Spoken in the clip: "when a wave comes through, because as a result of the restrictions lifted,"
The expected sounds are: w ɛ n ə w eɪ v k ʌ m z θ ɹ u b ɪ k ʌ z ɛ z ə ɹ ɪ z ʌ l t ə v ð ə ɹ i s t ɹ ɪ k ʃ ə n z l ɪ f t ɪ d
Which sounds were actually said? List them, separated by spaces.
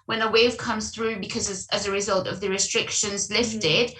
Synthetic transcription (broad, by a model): w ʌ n ə w eɪ v k ʌ m z θ ɹ u b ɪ k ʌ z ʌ z ə ɹ ɪ z ʌ l t ə v ð ə ɹ i s t ɹ ɪ k ʃ ə n z l ɪ f t ɪ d